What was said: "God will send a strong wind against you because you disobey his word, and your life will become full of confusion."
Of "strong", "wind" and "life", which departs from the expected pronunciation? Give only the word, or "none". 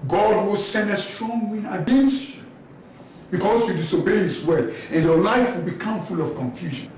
wind